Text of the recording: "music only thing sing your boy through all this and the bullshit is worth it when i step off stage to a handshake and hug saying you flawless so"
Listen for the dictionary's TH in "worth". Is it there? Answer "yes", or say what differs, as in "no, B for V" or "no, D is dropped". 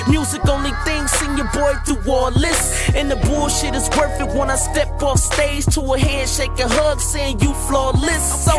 no, F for TH